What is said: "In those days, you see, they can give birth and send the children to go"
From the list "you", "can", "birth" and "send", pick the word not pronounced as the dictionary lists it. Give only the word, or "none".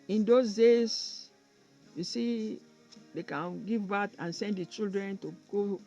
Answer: birth